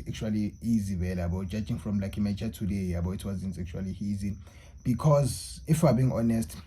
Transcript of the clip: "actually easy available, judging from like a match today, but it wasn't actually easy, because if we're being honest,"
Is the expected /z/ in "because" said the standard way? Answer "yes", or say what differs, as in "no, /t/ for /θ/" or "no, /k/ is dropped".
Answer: yes